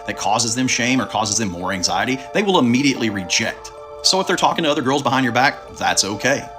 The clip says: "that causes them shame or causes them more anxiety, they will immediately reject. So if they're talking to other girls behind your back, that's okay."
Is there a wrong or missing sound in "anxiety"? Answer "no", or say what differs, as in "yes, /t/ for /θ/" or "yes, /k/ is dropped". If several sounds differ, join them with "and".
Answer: no